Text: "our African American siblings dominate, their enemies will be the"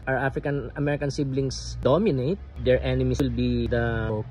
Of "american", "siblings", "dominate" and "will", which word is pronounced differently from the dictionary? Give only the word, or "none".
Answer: siblings